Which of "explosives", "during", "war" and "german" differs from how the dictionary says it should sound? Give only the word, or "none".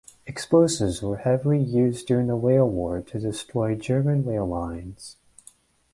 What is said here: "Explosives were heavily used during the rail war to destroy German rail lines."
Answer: explosives